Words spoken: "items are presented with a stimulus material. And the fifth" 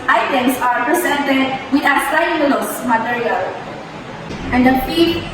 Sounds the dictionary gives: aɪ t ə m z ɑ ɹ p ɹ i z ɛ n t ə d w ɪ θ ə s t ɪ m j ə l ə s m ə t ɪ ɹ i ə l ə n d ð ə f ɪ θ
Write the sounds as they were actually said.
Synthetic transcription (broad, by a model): aɪ t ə m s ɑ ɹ p ɹ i s ɛ n t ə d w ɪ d ə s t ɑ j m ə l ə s m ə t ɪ ɹ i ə l ə n d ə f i